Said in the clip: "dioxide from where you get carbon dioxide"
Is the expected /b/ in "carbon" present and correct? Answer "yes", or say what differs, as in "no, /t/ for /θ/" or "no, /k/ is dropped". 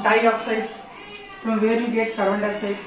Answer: no, /b/ is dropped